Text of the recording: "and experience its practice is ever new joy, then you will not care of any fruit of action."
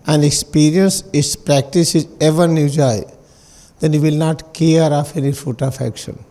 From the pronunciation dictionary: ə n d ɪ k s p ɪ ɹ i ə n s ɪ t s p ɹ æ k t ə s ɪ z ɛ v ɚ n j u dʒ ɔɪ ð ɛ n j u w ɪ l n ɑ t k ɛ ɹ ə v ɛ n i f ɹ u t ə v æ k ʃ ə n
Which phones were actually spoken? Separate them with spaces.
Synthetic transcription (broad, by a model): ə n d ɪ k s p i ɹ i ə n s ɪ t s p ɹ æ k t ə s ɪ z ɛ v ɚ n j u dʒ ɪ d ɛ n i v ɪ l n ɑ t k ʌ ɹ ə f ɛ n i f u t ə f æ k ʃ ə n